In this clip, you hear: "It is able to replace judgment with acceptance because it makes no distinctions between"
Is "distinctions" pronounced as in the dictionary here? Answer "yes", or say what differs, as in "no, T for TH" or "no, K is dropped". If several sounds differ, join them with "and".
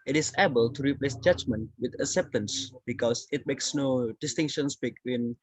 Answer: no, K is dropped and S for Z